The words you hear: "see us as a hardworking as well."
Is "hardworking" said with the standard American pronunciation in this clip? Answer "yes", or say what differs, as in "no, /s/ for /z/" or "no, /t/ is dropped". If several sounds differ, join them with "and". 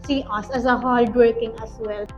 no, /l/ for /ɹ/